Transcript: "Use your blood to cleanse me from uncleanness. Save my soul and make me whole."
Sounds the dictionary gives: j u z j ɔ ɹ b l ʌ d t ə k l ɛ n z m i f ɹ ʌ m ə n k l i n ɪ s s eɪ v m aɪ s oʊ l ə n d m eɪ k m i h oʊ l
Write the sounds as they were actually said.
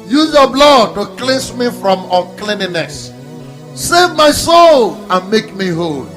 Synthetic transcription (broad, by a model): j u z j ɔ b l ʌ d t ə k l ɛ n s m i f ɹ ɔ m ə k l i n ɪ s s eɪ v m aɪ s oʊ l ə n m eɪ k m i h oʊ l